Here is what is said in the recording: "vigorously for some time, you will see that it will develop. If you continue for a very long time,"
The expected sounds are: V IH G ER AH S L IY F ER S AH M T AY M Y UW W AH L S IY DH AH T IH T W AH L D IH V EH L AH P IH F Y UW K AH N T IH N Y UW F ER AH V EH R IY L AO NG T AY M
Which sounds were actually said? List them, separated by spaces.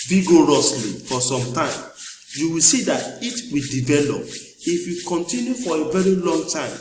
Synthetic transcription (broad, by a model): V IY G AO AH S L IY F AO S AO M T AY M Y UW W AH L S IY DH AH T IH T W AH D IH V EH L AH P IH F Y UW K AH N T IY N Y UW F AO AH V EH R IY L AO NG T AY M